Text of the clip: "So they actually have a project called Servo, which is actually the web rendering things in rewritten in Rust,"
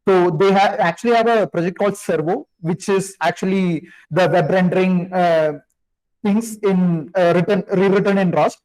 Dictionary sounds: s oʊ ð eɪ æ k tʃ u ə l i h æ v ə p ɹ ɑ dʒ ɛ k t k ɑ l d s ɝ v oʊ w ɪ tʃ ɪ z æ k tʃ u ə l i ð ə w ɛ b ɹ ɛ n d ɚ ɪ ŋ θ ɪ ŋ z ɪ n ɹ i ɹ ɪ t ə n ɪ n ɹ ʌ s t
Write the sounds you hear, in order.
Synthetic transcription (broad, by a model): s oʊ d eɪ æ k tʃ u ə l i h æ v ə p ɹ ɑ dʒ ɛ k t k ɑ l d s ɝ v oʊ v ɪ tʃ ɪ z æ k tʃ u ə l i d ə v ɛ b ɹ ɛ n d ɚ ɪ ŋ t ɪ ŋ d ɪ n ɹ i ɹ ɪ t ə n ɪ n ɹ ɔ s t